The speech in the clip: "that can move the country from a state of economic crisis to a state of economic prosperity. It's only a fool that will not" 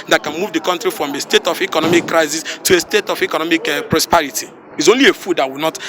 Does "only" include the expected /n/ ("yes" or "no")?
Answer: yes